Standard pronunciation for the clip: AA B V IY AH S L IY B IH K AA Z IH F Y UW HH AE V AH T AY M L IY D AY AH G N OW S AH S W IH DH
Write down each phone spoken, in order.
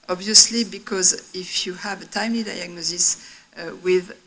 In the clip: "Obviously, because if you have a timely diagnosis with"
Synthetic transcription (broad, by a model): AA B V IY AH S L IY B IH K AA Z IH F Y UW HH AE V AH T AY M L IY D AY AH G N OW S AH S W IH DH